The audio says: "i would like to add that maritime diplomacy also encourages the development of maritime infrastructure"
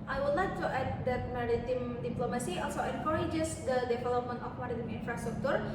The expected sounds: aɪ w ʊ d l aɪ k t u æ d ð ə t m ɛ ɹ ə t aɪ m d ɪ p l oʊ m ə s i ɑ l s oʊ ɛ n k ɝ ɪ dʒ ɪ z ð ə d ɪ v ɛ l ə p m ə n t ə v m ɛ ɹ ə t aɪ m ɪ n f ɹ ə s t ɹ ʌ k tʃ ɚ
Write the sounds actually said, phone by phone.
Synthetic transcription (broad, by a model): aɪ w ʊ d l aɪ k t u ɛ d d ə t m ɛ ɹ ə t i m d ɪ p l oʊ m ə s i ɑ l s oʊ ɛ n k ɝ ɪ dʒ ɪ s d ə d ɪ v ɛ l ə p m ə n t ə f m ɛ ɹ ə t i m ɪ n f ɹ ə s t ɹ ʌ k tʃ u